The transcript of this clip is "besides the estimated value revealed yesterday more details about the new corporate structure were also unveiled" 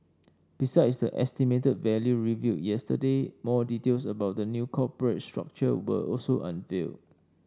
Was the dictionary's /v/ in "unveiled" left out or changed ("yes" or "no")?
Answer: yes